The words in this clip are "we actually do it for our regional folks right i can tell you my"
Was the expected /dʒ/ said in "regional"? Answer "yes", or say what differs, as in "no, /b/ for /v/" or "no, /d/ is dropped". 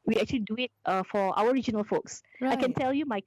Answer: yes